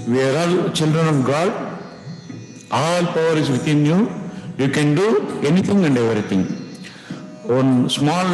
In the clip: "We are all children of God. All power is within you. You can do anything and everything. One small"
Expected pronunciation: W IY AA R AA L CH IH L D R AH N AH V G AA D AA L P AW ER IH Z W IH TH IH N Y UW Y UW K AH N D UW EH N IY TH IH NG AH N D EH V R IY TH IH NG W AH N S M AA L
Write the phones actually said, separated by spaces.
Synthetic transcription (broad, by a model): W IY R AA L CH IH L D R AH N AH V G AA D AA L P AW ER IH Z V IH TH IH N Y UW Y UW K AH N D UW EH N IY T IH NG AH N D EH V R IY T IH NG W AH N S M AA L